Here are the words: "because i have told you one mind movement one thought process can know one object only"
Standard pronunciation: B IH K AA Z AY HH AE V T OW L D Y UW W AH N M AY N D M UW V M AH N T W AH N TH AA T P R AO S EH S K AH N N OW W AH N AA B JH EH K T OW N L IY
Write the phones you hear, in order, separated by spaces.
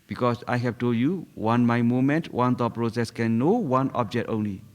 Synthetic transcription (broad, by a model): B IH K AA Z AY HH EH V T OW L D Y UW W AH N M AY M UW M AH N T W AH N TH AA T P R AO S EH S K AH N N OW W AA N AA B JH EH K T OW N L IY